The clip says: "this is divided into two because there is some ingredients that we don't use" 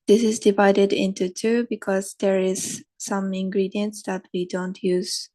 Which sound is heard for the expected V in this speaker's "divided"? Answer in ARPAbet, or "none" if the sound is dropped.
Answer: V